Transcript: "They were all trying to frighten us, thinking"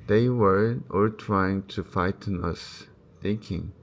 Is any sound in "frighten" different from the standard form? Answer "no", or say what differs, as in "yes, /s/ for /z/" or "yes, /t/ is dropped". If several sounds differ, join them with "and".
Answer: yes, /ɹ/ is dropped